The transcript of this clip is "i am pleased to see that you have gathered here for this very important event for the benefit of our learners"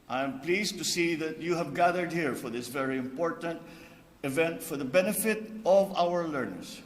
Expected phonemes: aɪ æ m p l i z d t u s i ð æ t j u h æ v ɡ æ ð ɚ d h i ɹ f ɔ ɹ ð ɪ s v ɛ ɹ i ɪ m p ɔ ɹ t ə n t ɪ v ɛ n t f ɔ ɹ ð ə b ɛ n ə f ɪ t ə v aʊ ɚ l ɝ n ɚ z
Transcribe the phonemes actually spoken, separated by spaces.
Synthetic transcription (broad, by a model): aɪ m p l i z t u s i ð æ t j u h æ v ɡ æ ð ɚ d h i ɹ f ɔ ɹ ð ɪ s v ɛ ɹ i ɪ m p ɔ ɹ t ə n t ɪ v ɛ n t f ɔ ɹ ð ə b ɛ n ə f ɪ t ə v aʊ ɚ l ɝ n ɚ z